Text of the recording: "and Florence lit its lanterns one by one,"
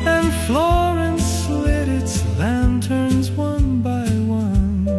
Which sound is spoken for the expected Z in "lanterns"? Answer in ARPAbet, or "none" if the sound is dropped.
Z